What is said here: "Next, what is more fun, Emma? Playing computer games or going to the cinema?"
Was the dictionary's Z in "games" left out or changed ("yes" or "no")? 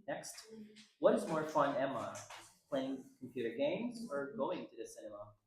no